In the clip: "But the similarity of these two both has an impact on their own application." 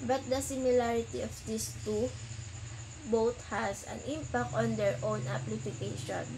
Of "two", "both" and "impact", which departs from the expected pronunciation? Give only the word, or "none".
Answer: both